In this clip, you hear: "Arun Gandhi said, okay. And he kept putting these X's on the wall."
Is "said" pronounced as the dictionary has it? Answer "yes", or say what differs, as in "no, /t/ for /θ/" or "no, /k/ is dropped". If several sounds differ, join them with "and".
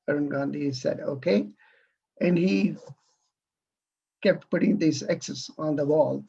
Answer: yes